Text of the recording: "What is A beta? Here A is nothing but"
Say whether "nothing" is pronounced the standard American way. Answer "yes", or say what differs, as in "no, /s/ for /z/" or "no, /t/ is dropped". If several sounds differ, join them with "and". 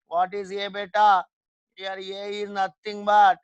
no, /t/ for /θ/